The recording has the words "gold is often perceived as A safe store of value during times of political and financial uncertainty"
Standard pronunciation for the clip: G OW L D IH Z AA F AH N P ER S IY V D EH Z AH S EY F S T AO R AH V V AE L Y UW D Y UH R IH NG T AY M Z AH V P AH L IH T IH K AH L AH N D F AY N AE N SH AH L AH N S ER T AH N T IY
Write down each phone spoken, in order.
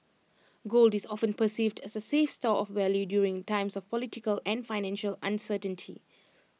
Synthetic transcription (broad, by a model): G OW L D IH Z AA F AH N P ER S IY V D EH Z AH S EY F S T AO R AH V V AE L Y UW D Y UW R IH NG T AY M S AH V P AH L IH T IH K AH L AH N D F AY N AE N SH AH L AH N S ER T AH N T IY